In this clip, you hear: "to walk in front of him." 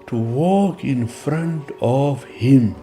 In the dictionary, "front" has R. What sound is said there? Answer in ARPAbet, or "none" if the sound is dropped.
R